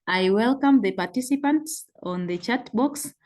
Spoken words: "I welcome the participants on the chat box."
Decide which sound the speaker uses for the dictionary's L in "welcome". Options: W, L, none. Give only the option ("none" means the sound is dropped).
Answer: L